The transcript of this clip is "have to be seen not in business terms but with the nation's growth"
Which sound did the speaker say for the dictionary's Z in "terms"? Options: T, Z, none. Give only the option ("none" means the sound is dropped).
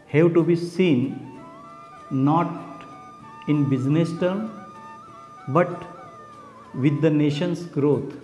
none